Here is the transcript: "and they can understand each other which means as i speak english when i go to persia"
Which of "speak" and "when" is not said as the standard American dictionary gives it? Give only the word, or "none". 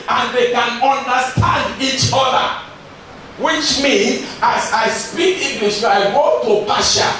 when